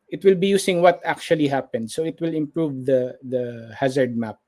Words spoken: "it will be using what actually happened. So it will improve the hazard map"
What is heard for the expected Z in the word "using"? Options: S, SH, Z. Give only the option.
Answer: S